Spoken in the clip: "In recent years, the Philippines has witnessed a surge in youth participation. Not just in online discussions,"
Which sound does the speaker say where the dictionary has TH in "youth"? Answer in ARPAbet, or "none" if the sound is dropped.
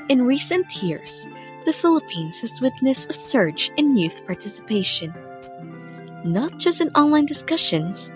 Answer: TH